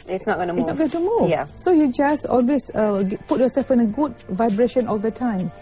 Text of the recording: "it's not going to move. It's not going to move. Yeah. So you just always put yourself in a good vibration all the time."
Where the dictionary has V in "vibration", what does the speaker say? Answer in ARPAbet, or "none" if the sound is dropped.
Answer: V